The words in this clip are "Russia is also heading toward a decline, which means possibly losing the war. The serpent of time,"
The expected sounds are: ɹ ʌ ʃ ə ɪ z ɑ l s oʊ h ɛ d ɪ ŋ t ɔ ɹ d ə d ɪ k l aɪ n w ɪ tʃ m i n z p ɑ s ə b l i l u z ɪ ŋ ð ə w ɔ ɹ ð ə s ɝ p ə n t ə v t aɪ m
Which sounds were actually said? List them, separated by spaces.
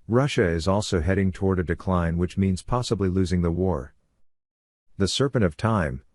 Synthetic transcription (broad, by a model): ɹ ʌ ʃ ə ɪ z ɑ l s oʊ h ɛ d ɪ ŋ t ɔ ɹ d ə d ɪ k l aɪ n w ɪ tʃ m i n z p ɑ s ə b l i l u z ɪ ŋ ð ə w ɔ ɹ ð ə s ɝ p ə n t ə v t aɪ m